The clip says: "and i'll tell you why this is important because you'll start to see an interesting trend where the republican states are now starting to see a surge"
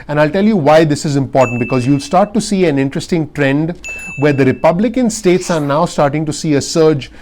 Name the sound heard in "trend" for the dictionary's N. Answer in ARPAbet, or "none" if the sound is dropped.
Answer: N